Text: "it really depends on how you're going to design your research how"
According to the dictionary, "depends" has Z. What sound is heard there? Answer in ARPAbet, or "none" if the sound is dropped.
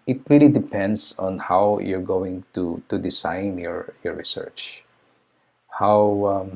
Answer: S